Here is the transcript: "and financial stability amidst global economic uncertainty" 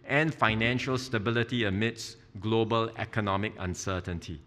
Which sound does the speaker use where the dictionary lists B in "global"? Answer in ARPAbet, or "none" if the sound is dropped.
B